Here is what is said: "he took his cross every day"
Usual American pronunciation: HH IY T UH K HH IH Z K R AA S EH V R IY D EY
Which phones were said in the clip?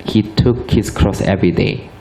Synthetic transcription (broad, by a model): HH IY T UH K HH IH S K R AA S EH V R IY D EY